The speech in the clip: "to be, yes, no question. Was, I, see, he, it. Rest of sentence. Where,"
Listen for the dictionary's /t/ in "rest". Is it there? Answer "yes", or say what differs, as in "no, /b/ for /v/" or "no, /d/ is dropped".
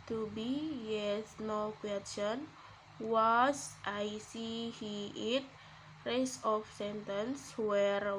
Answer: no, /t/ is dropped